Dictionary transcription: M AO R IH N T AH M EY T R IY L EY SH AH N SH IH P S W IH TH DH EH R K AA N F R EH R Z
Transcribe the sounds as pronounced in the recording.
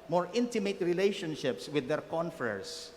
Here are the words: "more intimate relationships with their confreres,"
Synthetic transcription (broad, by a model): M AO R IH N T AH M EY T R IY L EY SH AH N SH IH P S W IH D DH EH R K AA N F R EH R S